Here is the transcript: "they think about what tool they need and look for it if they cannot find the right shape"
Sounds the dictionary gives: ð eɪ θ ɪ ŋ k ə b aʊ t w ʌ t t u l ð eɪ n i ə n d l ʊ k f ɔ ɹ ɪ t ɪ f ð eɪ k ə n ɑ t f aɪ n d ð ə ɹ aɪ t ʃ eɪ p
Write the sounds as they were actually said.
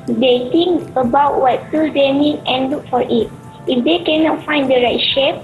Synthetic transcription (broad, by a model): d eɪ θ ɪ ŋ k ə b aʊ t w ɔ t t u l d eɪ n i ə n l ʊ k f ɔ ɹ ɪ t ɪ f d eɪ k ə n ɑ t f aɪ n d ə ɹ aɪ t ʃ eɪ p